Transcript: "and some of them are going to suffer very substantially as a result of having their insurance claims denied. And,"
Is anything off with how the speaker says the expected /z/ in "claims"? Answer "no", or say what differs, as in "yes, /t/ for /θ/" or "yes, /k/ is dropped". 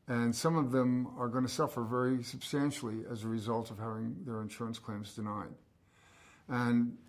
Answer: no